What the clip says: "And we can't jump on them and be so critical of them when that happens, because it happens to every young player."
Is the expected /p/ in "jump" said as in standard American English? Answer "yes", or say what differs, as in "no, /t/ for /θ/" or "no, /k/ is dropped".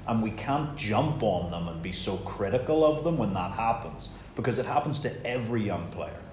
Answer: yes